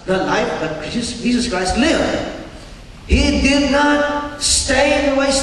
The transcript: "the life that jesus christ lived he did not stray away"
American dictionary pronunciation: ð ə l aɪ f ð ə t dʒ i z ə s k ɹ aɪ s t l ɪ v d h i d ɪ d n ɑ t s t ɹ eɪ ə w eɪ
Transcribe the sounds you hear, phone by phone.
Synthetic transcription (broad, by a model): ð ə l aɪ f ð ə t dʒ i z ə s k ɹ aɪ s t l ɪ v d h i d ɪ d n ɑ t s t eɪ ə w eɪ